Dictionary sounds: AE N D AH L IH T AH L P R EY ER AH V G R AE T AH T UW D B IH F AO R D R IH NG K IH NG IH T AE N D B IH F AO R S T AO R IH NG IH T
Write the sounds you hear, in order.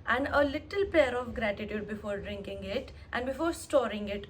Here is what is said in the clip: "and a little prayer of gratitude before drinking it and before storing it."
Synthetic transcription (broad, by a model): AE N D AH L IH T AH L P EY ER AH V G R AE T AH T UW D B IH F AO R D R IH NG K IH NG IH T AE N D B IH F AO R S T AO R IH NG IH T